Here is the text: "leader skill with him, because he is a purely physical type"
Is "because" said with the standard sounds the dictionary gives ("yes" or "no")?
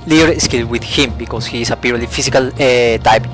no